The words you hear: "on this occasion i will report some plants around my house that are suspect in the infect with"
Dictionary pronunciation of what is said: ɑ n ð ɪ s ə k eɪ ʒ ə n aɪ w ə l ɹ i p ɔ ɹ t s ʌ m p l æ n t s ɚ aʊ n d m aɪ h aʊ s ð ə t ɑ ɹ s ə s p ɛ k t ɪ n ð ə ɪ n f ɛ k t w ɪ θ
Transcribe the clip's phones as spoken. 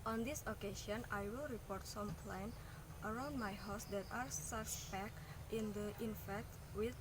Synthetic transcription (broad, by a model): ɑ n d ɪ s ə k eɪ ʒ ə n aɪ w ə l ɹ i p ɔ ɹ t s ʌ m p l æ n t ɚ aʊ n d m aɪ h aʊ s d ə t ɑ ɹ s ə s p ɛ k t ɪ n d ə ɪ n f ɛ k t w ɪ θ